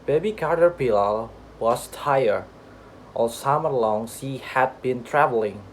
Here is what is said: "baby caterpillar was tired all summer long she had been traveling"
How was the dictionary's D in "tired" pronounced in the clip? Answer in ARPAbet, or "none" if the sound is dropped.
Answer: none